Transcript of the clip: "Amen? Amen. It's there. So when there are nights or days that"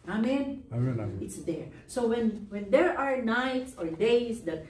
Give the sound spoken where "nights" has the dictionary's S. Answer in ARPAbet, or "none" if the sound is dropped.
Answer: S